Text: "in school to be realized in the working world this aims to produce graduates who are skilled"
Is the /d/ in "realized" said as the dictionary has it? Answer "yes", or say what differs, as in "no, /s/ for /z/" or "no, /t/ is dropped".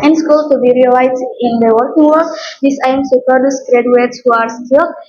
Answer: no, /d/ is dropped